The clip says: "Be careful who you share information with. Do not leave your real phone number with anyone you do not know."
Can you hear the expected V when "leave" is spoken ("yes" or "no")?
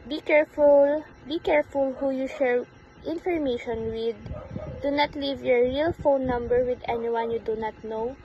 yes